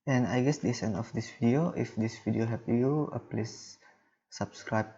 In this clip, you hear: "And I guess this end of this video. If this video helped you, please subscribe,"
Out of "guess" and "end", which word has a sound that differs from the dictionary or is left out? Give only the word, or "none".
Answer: end